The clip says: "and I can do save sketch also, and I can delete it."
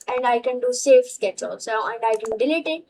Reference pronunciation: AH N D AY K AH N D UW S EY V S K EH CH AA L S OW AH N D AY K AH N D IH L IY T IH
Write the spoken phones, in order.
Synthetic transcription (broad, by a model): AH N D AY K AH N D UW S EY F S K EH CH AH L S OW AH N D AY K AH N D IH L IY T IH